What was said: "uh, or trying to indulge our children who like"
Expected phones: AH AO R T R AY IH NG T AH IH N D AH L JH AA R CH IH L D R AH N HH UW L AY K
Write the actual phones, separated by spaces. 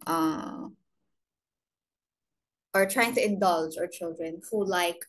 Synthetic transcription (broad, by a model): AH AO R T R AY IH NG T AH IH N D AH L JH AA R CH IH L D R AH N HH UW L AY K